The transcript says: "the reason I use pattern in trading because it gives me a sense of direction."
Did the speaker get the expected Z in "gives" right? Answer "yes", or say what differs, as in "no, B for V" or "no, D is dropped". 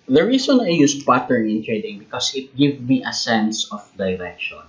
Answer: no, Z is dropped